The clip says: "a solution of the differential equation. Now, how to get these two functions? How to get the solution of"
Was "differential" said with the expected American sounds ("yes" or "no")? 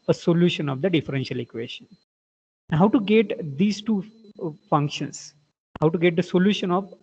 yes